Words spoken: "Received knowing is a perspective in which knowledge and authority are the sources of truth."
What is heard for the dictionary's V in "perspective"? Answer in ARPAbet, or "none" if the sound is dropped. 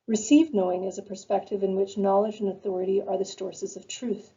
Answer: V